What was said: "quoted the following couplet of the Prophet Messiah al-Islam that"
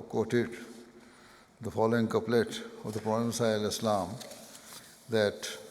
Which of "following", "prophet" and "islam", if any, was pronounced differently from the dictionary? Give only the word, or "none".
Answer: prophet